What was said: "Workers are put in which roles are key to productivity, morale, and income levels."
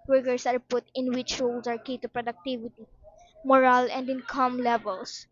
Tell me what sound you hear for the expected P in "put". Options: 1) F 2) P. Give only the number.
2